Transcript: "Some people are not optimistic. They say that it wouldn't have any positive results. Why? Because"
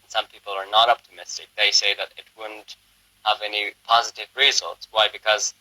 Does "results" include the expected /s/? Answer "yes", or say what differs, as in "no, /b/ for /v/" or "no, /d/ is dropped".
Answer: yes